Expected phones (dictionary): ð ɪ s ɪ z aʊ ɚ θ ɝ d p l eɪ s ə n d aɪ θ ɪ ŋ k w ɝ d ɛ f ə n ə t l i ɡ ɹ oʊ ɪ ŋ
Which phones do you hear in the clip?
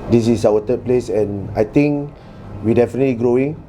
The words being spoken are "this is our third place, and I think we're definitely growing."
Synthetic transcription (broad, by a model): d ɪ s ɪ s aʊ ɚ t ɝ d p l eɪ s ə n aɪ t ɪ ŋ k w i d ɛ f ə n ə t l i ɡ ɹ oʊ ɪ ŋ